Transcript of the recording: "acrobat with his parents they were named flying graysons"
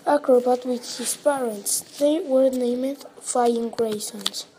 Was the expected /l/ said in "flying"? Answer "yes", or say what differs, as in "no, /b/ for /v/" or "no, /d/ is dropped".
no, /l/ is dropped